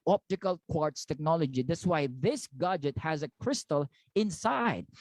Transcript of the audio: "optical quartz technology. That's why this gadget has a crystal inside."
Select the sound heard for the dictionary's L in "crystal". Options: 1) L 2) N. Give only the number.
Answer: 1